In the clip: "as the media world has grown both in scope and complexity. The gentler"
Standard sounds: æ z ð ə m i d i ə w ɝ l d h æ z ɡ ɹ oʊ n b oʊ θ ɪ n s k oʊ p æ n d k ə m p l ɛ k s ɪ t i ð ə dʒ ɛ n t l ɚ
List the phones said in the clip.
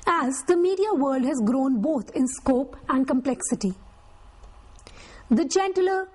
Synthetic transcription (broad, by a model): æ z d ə m i d i ə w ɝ l d h æ z ɡ ɹ oʊ n b oʊ t ɪ n s k oʊ p æ n d k ə m p l ɛ k s ɪ t i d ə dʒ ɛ n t l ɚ